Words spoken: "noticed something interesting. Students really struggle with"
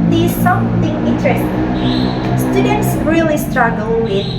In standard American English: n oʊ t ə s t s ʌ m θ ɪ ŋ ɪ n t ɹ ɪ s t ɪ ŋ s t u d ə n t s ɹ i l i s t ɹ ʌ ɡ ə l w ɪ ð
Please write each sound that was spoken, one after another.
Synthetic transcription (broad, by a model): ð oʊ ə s s ʌ m θ ɪ ŋ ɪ n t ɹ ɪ s t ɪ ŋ s t u d ə n t s ɹ i l i s t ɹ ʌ ɡ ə l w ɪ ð